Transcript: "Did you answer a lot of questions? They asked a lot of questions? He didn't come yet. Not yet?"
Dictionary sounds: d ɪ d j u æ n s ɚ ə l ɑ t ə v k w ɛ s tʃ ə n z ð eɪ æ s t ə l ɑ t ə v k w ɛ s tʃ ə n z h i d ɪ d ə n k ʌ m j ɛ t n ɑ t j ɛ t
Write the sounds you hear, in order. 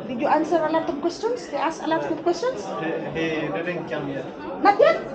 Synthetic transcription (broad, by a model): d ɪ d j u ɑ n s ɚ ə l ɑ t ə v k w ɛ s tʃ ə n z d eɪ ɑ s ə l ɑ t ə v k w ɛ s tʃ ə n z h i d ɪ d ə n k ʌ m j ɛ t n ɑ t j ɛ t